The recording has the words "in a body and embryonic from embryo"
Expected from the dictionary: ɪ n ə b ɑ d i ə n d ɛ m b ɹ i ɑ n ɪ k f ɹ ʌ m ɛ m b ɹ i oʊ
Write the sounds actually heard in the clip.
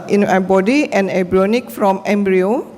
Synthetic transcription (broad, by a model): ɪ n ə b ɑ d i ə n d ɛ b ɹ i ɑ n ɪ k f ɹ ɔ m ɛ m b ɹ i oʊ